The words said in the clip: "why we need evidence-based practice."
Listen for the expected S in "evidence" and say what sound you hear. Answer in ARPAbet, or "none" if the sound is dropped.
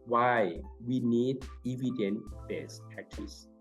none